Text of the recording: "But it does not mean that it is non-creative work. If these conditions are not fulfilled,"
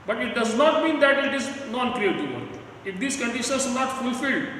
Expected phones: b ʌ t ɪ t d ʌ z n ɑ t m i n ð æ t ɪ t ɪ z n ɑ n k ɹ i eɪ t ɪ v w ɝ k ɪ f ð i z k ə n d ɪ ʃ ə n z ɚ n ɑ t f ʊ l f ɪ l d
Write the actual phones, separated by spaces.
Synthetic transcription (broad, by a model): b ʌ t ɪ t d ʌ z n ɑ t m i n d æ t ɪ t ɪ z n ɑ n k ɹ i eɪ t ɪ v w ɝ ɪ f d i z k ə n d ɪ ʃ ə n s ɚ n ɑ t f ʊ l f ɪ l d